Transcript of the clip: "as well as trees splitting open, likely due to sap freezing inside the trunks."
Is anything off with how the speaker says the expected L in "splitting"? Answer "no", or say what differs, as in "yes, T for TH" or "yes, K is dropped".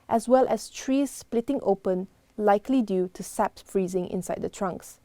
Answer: no